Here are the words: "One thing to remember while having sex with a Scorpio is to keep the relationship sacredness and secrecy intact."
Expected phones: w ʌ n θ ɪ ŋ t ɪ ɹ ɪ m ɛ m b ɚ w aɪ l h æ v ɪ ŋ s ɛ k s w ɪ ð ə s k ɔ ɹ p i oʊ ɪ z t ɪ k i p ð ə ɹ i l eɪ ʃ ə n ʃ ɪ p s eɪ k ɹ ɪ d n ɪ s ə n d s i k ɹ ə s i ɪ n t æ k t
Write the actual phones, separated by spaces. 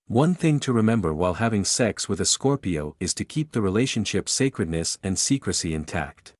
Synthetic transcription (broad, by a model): w ʌ n θ ɪ ŋ t ɪ ɹ ɪ m ɛ m b ɚ w aɪ l h æ v ɪ ŋ s ɛ k s w ɪ ð ə s k ɔ ɹ p i oʊ ɪ z t ɪ k i p ð ə ɹ i l eɪ ʃ ə n ʃ ɪ p s eɪ k ɹ ɪ d n ɪ s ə n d s i k ɹ ə s i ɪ n t æ k t